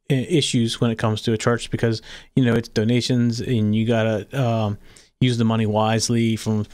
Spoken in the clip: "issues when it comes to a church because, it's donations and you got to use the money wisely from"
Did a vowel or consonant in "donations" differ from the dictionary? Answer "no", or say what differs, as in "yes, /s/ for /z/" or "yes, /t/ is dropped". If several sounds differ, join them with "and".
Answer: no